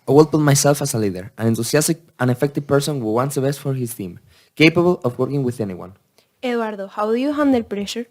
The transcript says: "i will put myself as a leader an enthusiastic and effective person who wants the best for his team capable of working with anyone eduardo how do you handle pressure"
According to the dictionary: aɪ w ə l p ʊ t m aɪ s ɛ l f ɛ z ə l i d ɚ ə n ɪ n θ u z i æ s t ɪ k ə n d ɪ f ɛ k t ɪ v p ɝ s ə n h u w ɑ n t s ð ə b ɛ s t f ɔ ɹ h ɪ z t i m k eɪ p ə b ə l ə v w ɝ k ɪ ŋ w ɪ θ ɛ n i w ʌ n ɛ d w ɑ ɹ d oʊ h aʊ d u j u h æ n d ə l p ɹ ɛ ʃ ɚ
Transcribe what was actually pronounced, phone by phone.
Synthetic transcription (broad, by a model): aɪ w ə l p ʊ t m aɪ s ɛ l f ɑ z ə l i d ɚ ə n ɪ n t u s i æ s t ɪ k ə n ɪ f ɛ k t ɪ v p ɝ s ə n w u w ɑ n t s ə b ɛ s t f ɔ ɹ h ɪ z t i m k eɪ p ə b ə l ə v w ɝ k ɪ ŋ w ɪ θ ɛ n i w ʌ n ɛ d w ɑ ɹ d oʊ h aʊ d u j u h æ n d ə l p ɹ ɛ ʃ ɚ